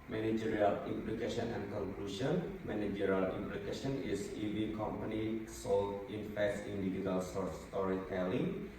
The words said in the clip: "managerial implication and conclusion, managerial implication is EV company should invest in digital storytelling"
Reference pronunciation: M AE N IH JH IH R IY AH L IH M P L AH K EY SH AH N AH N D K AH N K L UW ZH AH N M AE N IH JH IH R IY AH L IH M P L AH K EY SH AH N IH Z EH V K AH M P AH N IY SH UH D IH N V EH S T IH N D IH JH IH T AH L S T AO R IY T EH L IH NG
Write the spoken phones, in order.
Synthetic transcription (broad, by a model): M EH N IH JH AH R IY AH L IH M P L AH K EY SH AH N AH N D K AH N K L UW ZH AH N M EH N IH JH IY R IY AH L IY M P L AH K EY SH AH N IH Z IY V K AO M P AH N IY S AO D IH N F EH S IH N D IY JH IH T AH L S T AO R IY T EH L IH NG